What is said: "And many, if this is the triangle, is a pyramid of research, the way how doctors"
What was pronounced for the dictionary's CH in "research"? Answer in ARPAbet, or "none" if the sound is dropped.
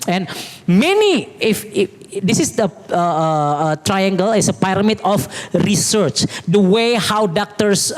CH